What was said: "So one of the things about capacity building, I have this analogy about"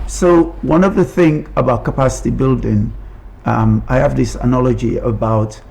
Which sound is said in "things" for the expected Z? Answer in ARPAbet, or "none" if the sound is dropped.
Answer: none